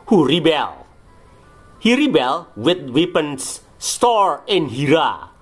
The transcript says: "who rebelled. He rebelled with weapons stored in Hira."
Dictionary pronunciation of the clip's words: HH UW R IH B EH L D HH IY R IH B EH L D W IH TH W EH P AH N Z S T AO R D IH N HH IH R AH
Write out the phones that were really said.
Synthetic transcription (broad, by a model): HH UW R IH B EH L HH IY R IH B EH L W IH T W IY P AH N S T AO R IH N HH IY R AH